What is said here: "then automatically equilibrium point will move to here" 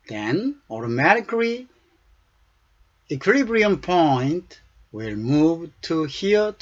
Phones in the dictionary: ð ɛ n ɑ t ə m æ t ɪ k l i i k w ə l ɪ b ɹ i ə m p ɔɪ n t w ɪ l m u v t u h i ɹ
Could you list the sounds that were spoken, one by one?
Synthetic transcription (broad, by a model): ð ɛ n ɑ t ə m æ t ɪ k l i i k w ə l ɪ b ɹ i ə m p ɔɪ n t w ɪ l m u v t u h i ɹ